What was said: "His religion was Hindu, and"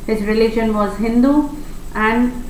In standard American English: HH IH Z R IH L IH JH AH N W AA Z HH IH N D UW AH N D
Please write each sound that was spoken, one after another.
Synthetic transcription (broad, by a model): HH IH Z R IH L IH SH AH N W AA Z HH IH N D UW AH N D